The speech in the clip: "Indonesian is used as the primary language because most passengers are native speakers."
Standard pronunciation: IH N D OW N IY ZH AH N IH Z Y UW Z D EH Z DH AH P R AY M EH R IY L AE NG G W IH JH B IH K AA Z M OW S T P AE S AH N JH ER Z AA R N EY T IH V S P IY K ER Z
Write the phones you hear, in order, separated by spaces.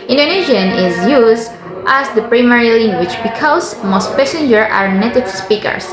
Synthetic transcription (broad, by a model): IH N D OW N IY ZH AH N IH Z Y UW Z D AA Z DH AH P R AY M EH R IY L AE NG G W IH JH B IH K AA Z M OW S T P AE S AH N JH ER AA R N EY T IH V S P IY K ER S